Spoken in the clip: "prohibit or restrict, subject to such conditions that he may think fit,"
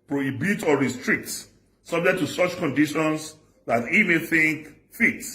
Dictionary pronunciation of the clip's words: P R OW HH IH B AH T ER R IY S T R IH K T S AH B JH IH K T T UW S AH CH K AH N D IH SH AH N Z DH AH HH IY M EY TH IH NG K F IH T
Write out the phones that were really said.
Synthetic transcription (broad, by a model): P R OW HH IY B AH T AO R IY S T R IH K T S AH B JH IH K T T UW S AH CH K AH N D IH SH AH N S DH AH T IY M EY TH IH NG K F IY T